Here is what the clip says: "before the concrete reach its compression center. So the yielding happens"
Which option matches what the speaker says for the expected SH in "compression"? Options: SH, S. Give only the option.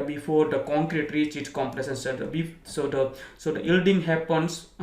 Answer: S